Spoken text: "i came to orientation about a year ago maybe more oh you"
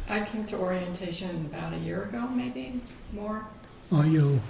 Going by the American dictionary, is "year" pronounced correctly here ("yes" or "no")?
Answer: yes